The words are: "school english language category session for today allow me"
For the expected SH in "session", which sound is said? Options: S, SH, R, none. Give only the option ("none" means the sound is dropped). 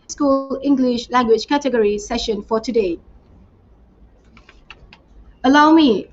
SH